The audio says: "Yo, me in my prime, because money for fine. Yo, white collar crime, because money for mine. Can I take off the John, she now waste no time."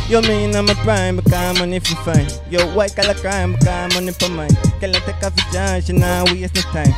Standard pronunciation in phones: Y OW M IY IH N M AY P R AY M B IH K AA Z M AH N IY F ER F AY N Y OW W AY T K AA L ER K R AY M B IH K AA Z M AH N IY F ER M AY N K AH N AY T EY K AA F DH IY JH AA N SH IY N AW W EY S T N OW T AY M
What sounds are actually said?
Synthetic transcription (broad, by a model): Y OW M IY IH N M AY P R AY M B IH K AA M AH N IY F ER F AY N Y OW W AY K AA L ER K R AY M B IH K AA M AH N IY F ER M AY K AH L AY T EY K AA F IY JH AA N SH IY N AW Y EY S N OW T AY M